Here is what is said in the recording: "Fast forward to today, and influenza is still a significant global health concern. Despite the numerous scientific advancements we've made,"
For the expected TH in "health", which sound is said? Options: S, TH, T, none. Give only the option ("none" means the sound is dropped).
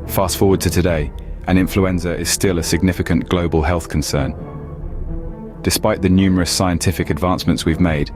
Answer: TH